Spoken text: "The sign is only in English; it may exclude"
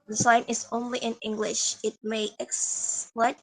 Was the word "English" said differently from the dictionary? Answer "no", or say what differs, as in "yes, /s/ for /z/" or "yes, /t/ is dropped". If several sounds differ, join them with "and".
no